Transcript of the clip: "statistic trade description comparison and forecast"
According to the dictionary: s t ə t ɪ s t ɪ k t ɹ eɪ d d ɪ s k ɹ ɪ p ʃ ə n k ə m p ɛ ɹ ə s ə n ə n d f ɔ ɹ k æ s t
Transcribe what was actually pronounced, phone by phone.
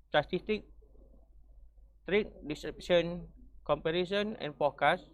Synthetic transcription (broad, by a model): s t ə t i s t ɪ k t ɹ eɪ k d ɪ s ɹ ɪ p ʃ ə n k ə m p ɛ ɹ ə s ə n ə n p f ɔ k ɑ s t